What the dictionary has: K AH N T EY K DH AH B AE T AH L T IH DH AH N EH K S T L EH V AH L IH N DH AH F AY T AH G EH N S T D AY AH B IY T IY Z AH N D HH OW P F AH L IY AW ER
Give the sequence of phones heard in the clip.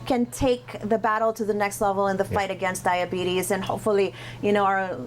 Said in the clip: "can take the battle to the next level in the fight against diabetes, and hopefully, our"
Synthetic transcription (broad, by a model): K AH N T EY K DH AH B AE T L T IH DH AH N EH K S T L EH V L IH N DH AH F AY T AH G EH N S D AY AH B IY T IY Z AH N HH OW P F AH N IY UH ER